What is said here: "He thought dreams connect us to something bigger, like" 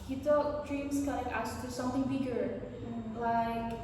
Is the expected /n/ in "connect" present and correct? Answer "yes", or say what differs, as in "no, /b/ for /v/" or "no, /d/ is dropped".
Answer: no, /n/ is dropped